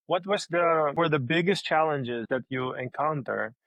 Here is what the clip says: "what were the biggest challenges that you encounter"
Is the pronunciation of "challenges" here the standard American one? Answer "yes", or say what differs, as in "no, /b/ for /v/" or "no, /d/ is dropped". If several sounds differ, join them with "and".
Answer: yes